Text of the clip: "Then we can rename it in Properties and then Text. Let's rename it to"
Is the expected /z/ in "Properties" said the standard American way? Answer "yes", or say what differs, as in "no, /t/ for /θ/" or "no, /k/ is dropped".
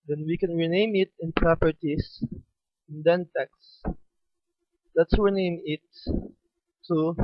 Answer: no, /s/ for /z/